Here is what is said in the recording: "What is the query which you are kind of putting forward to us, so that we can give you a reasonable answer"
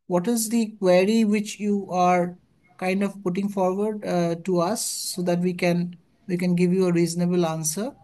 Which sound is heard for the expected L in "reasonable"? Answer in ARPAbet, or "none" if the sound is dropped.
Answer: L